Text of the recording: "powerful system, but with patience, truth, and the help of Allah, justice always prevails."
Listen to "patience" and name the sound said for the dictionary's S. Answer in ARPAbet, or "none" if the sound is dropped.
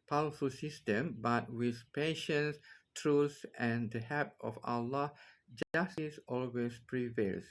S